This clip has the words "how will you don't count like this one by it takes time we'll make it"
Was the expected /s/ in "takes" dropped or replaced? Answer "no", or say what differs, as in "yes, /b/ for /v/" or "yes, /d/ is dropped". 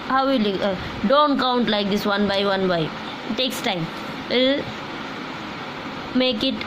no